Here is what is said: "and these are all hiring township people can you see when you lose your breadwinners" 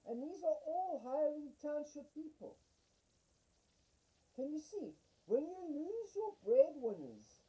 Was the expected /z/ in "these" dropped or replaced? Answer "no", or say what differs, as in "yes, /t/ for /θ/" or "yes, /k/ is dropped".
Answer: no